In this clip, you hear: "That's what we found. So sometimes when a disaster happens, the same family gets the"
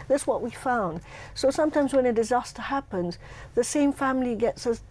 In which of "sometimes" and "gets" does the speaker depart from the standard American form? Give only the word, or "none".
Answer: none